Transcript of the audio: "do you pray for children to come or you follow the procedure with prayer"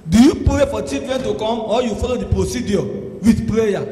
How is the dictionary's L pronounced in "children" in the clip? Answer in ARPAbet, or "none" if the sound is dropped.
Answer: none